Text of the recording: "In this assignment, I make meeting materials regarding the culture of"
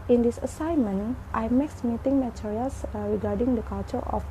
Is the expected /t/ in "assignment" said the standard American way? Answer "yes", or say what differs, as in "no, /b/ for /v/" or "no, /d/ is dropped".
yes